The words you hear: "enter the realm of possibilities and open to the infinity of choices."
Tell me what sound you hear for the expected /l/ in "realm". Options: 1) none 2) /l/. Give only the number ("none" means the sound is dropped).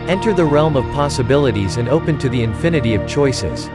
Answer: 2